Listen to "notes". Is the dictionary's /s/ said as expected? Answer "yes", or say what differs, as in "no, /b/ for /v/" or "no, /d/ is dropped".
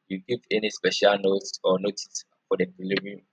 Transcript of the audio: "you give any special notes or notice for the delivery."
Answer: yes